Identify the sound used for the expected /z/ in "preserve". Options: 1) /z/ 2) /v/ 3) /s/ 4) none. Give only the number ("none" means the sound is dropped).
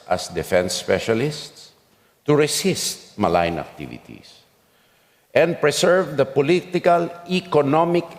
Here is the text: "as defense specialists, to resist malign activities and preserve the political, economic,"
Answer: 3